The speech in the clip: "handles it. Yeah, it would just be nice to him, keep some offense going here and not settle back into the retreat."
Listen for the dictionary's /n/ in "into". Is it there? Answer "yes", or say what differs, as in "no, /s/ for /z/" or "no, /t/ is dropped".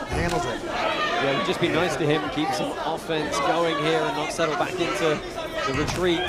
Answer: yes